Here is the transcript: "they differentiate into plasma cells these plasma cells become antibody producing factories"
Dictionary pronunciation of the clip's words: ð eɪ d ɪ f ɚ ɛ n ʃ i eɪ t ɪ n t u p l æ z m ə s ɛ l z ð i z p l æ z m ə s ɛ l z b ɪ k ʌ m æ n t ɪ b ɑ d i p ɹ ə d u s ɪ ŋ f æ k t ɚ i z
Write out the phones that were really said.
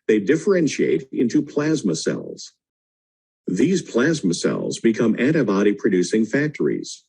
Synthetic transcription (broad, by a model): ð eɪ d ɪ f ɚ ɛ n ʃ i eɪ t ɪ n t u p l æ z m ə s ɛ l z ð i z p l æ z m ə s ɛ l z b ɪ k ʌ m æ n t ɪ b ɑ d i p ɹ ə d u s ɪ ŋ f æ k t ɚ i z